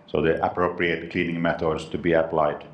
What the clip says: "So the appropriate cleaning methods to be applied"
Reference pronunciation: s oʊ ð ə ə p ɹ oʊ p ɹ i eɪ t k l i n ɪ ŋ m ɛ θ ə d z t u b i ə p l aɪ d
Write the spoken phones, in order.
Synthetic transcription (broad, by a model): s oʊ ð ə ə p ɹ oʊ p ɹ i eɪ t k l i n ɪ ŋ m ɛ t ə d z t u b i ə p l aɪ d